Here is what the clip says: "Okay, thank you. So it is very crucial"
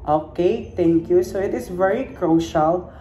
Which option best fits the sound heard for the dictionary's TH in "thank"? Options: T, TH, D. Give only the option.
T